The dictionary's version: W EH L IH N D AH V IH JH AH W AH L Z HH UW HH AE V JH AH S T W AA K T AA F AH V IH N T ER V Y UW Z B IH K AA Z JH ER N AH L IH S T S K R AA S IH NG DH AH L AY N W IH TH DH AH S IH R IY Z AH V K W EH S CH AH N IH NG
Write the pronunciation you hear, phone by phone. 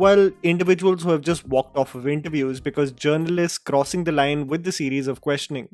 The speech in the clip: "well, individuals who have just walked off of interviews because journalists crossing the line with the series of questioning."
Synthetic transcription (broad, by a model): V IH L IH N D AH V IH JH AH AH L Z HH UW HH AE V JH AH S T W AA K T AA F AH V IH N T ER V Y UW Z B IH K AA Z JH ER N AH L IH S T S K R AA S IH NG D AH L AY N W IH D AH S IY R IY Z AH V K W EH S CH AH N IH NG